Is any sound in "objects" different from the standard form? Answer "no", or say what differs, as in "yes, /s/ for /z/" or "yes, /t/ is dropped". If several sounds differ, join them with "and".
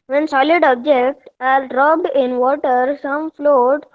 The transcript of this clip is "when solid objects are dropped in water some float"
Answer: yes, /s/ is dropped